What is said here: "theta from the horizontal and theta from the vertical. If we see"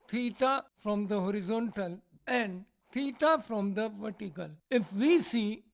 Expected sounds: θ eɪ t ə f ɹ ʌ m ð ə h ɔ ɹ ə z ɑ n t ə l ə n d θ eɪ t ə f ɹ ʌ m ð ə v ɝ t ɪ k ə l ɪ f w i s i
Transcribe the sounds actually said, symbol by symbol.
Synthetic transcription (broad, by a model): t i t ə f ɹ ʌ m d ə h ɔ ɹ ə z ɑ n t ə l ə n d t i t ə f ɹ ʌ m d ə v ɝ t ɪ k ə l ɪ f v i s i